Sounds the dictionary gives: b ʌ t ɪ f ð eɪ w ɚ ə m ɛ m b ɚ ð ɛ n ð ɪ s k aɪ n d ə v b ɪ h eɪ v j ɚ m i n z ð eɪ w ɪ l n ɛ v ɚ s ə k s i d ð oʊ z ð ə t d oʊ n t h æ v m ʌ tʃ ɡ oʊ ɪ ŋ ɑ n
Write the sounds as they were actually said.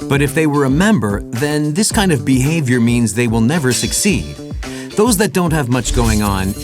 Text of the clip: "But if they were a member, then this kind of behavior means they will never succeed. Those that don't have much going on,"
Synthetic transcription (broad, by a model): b ʌ t ɪ f ð eɪ w ɚ ə m ɛ m b ɚ ð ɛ n ð ɪ s k aɪ n d ə v b ɪ h eɪ v j ɚ m i n z ð eɪ w ɪ l n ɛ v ɚ s ə k s i d ð oʊ z ð ə t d oʊ n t h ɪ v m ʌ tʃ ɡ oʊ ɪ ŋ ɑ n